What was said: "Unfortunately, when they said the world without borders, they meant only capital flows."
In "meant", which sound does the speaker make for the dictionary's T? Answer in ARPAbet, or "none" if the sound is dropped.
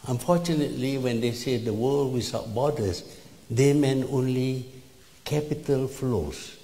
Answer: none